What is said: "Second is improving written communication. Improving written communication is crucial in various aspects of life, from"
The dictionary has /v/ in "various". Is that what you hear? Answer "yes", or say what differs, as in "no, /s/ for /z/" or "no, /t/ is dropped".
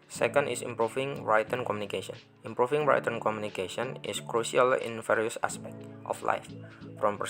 no, /f/ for /v/